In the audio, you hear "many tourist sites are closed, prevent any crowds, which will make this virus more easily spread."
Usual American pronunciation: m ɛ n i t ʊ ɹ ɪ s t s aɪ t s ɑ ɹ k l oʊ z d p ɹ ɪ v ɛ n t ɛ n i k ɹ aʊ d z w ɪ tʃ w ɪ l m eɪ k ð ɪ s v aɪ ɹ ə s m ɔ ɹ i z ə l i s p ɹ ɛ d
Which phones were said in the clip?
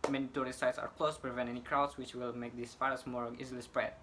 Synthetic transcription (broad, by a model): m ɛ n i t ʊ ɹ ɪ s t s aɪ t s ɑ ɹ k l oʊ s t p ɹ ɪ v ɛ n t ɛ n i k ɹ aʊ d s w ɪ tʃ w ɪ l m eɪ k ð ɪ s f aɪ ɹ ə s m ɔ ɹ i z ə l i s p ɹ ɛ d